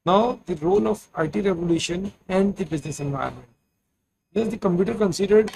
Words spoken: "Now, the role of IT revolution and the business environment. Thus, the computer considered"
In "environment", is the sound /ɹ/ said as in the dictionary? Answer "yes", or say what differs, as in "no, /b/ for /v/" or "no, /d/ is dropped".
no, /ɹ/ is dropped